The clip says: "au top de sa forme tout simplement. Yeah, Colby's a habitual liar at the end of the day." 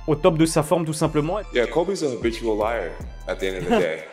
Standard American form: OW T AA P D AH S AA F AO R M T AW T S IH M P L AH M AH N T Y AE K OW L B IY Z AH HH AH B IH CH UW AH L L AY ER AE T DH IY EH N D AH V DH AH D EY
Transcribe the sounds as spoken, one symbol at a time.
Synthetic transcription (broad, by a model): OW T AA P D AH S AA F AO R M T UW S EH P L AH M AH Y AE K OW B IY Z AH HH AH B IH CH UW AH L L AY ER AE T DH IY EH N D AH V DH AH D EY